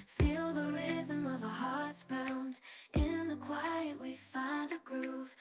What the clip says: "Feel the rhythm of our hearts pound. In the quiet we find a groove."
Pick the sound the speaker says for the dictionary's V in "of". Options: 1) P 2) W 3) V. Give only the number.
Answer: 3